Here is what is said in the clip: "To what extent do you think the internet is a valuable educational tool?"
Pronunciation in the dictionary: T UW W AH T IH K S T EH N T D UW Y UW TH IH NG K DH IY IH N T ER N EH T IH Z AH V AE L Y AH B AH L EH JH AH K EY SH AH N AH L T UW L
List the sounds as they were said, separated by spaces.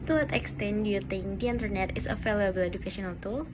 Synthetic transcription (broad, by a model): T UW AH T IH K S T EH N D UW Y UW T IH NG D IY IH N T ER N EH T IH S AH F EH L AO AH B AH L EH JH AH K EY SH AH N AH L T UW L